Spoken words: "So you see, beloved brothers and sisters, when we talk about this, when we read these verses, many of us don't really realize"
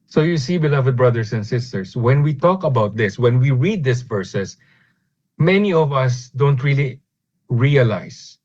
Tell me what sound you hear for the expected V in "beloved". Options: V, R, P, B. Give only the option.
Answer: V